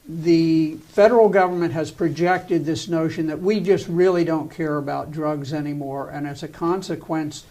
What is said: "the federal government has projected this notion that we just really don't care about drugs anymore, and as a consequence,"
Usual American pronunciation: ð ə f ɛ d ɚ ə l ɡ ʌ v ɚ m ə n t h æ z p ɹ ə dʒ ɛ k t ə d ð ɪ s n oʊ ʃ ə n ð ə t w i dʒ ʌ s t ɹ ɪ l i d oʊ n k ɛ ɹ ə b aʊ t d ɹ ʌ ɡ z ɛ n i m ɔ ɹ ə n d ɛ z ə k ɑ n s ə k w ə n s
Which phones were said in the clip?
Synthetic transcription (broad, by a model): ð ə f ɛ d ɚ l ɡ ʌ v ɚ m ə n t h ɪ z p ɹ ə dʒ ɛ k t ə d ð ɪ s n oʊ ʃ ə n ð ə t w i dʒ ʌ s t ɹ ɪ l i d oʊ n k ɛ ɹ ə b aʊ t d ɹ ʌ ɡ z ɛ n i m ɔ ɹ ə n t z ə k ɑ n s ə k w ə n s